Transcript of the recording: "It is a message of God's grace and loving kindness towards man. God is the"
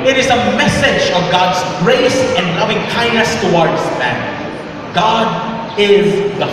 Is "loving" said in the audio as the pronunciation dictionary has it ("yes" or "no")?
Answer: yes